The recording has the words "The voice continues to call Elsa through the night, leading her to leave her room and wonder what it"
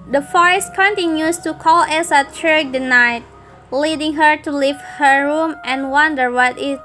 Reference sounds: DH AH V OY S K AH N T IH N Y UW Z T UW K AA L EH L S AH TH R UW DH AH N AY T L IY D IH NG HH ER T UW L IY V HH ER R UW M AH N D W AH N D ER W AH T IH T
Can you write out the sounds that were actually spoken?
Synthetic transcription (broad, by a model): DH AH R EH S K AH N T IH N Y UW S T UW K AA L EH S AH T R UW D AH N AY T L IY D IH NG HH ER T UW L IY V HH ER R UW M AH N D W AH N D ER W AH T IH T